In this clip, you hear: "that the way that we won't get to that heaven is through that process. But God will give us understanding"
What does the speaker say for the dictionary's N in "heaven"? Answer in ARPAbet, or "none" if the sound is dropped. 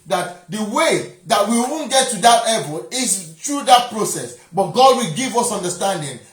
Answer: L